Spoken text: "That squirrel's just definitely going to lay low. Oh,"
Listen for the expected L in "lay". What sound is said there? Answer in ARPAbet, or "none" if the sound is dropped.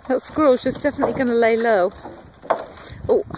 L